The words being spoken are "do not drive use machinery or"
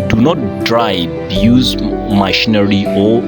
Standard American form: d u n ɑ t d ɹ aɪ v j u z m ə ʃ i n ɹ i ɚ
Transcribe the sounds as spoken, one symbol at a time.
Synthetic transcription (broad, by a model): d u n ɑ t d ɹ aɪ b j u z m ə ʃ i n ɹ i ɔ